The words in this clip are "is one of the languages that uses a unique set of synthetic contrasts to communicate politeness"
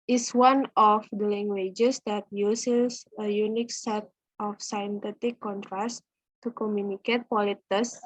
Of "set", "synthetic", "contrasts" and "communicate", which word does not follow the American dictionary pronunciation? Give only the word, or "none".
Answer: synthetic